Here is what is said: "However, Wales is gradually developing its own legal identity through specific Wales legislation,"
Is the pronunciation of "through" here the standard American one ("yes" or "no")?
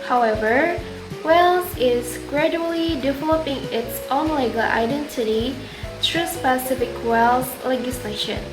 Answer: no